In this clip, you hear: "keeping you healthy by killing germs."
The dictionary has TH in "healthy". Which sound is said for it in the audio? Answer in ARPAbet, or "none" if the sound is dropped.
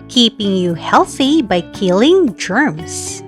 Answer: TH